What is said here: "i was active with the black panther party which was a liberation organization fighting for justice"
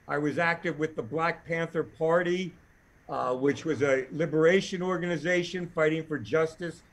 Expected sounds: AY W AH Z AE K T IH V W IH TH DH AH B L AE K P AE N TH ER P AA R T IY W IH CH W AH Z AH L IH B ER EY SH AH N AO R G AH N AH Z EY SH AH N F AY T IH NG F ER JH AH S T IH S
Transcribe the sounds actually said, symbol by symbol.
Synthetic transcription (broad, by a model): AY W AH Z AE K T IH V W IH DH AH B L AE K P AE N TH ER P AA R T IY W IH CH W AH Z AH L IH B ER EY SH AH N AO R G AH N AH Z EY SH AH N F AY T IH NG F ER JH AH S T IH S